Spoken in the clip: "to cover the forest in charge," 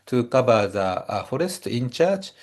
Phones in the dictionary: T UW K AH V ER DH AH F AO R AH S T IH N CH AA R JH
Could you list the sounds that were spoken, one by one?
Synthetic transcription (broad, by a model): T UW K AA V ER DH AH F AO R AH S T IH N CH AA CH